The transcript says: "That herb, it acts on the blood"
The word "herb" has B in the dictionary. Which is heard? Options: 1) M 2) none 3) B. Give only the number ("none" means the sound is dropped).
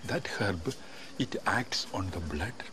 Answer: 3